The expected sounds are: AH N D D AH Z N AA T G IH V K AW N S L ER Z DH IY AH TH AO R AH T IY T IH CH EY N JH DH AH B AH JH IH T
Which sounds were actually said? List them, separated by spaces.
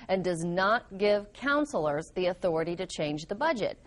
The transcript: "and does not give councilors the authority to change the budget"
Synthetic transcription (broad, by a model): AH N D D AH Z N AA T G IH V K AW N S L ER Z DH IY AH TH AO R AH T IY T IH CH EY N JH DH AH B AH JH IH T